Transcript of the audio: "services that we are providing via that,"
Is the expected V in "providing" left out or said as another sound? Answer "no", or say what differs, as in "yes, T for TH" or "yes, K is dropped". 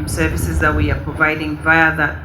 no